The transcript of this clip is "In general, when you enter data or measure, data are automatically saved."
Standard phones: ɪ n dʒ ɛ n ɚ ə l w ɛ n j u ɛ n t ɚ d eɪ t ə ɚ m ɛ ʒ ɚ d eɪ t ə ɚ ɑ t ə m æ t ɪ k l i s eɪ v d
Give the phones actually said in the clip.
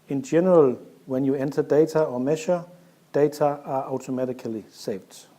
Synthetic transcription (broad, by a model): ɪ n dʒ ɛ n ɚ ə l w ɛ n j u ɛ n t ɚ d eɪ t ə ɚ m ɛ ʃ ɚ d eɪ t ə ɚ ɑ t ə m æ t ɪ k l i s eɪ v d